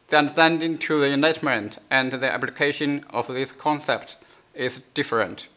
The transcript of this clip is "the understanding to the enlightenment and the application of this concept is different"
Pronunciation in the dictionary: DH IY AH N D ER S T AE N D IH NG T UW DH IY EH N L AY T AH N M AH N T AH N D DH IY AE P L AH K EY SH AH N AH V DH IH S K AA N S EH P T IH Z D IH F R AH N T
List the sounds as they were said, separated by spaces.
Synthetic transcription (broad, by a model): DH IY AH N D ER S T AE N D IH NG T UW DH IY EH N AY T M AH N T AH N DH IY AE P L AH K EY SH AH N AH V DH IH S K AA N S EH P T IH Z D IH F R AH N T